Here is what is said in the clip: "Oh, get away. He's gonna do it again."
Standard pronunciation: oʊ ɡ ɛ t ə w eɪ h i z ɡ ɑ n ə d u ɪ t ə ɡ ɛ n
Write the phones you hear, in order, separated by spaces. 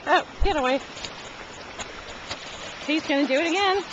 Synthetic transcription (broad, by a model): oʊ ɡ ɛ t ə w eɪ h i z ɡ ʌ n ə d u ɪ t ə ɡ ɛ n